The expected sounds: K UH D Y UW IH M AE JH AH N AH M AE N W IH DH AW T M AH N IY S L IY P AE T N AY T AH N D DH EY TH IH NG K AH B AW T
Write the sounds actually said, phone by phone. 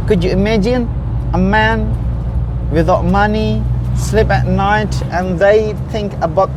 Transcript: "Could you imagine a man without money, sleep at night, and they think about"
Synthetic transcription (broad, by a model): K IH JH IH IH M AE JH AH N AH M AE N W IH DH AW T M AH N IY S L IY P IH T N AY T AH N DH EY TH IH NG K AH B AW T